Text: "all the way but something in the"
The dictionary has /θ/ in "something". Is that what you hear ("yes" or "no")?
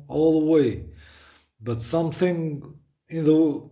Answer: yes